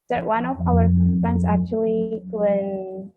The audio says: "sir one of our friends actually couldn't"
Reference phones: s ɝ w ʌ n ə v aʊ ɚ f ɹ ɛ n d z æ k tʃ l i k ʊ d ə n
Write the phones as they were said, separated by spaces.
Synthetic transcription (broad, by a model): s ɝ w ʌ n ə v aʊ ɚ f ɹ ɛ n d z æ k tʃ i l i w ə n